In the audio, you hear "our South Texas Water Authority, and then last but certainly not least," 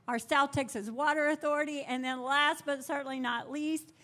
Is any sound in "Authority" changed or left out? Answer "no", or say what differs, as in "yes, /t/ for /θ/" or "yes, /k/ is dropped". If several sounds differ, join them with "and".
no